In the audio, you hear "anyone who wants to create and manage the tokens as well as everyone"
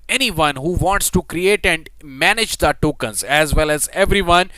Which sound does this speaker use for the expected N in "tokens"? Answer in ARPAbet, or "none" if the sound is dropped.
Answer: N